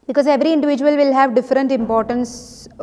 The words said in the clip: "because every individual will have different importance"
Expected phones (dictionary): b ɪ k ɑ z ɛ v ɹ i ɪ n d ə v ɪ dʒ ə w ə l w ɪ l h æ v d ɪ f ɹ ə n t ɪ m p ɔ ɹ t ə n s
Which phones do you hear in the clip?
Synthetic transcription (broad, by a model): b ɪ k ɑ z ɛ v ɹ i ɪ n d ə v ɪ dʒ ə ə l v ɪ l h æ v d ɪ f ɹ ə n t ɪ m p ɔ ɹ t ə n s